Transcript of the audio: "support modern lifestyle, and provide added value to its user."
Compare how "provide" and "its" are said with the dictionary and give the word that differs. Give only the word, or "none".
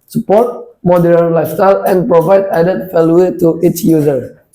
none